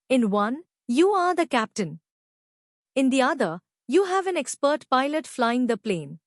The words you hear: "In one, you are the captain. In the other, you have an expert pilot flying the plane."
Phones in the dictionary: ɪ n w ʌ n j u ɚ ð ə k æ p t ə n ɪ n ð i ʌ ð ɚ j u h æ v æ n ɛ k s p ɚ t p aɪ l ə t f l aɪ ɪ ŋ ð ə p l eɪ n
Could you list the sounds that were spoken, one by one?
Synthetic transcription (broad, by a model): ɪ n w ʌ n j u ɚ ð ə k æ p t ə n ɪ n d i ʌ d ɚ j u h æ v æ n ɛ k s p ɚ t p aɪ l ə t f l aɪ ɪ ŋ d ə p l eɪ n